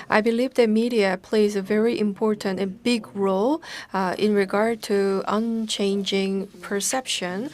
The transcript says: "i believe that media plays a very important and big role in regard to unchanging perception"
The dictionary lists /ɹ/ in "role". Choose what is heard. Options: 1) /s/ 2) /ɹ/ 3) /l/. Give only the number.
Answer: 2